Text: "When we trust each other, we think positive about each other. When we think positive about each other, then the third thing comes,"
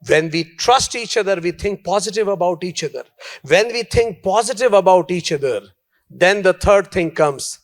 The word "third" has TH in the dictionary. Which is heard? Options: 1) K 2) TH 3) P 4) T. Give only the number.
4